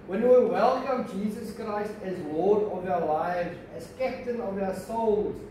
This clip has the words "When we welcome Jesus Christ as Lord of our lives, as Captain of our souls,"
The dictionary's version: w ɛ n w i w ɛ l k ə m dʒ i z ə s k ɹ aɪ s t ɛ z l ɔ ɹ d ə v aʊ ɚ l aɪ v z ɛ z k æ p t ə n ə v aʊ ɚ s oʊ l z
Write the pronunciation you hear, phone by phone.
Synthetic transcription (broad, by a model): w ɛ n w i w ɛ l k ə m dʒ i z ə s k ɹ aɪ s t ɛ z w ɔ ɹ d ə v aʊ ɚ l aɪ v z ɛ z k æ p t ə n ə v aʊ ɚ s oʊ l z